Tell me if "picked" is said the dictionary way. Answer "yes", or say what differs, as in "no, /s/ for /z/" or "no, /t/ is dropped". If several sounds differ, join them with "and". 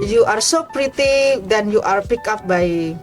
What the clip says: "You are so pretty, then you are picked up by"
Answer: no, /t/ is dropped